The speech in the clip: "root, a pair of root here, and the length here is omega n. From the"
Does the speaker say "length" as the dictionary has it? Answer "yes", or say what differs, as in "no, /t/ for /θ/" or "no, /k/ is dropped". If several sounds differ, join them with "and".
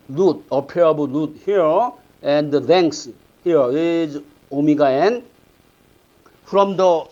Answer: no, /s/ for /θ/